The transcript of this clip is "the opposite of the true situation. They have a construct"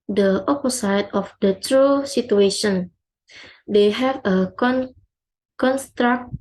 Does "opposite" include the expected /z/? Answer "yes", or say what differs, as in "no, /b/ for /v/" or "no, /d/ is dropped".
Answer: no, /s/ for /z/